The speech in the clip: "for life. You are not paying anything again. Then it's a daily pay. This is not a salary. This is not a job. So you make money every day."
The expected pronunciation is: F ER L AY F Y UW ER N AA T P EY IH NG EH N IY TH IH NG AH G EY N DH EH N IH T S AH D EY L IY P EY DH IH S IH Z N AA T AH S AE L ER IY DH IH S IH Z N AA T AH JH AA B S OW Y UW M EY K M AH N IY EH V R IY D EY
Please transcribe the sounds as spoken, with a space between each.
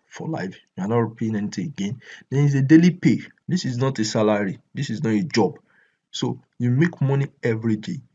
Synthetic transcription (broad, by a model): F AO L AY F Y UW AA N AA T P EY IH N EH N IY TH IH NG AH G EY N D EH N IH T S AH D EY L IY P EY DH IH S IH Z N AA T AH S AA L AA IY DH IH S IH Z N AA T AH JH AA B S OW Y UW M EY K M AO N IY EH V R IY D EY